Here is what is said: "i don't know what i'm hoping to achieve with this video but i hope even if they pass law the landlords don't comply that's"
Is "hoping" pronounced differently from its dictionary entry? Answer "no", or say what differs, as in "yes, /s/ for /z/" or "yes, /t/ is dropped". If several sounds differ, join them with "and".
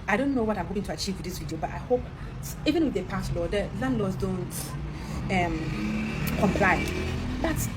yes, /p/ is dropped